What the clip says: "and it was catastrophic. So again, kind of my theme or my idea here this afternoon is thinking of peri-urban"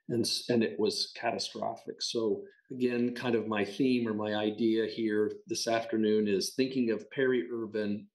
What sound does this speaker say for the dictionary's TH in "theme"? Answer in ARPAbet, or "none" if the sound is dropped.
TH